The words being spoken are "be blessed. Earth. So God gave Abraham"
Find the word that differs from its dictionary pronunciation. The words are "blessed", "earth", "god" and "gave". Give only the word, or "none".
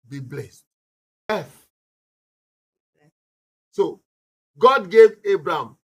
earth